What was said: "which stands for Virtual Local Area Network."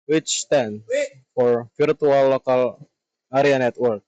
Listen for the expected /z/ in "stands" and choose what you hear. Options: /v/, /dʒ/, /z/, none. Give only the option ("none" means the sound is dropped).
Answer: none